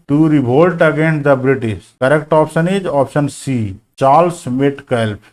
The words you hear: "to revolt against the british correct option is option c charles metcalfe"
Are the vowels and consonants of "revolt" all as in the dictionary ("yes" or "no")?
no